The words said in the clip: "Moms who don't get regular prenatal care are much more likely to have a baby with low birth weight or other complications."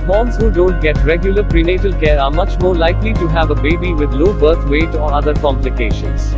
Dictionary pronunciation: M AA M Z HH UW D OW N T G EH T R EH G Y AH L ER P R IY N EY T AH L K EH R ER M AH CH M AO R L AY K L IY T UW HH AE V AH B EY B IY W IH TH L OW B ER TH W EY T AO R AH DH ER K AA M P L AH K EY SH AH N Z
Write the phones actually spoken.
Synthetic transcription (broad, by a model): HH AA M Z HH UW D OW N T G EH T R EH G Y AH L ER P R IY N EY T AH L K EH R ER M AH CH M AO R L AY K L IY T UW HH AE V AH B EY B IY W IH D L OW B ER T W EY T AO R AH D ER K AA M P L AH K EY SH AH N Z